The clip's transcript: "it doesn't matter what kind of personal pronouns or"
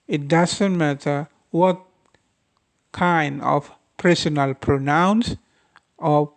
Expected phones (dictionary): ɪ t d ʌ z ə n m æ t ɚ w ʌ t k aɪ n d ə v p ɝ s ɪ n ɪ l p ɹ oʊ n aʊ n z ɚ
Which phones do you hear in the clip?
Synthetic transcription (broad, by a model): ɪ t d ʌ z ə n m æ t ɚ w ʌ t k aɪ n d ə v p ɝ s ɪ n ɪ l p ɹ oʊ n aʊ n s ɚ